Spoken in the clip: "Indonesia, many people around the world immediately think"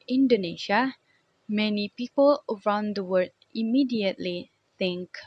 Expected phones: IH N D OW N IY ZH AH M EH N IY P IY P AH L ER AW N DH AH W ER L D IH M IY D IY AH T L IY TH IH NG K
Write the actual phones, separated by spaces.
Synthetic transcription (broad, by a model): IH N D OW N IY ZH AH M EH N IY P IY P AH L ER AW N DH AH W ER D IH M IY D IY AH T L IY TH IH NG K